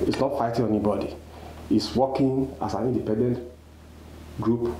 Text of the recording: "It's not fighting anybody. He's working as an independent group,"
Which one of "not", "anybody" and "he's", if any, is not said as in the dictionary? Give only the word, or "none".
he's